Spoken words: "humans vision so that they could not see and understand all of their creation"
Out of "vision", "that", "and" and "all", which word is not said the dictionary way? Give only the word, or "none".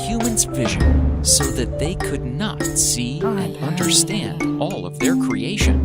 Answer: none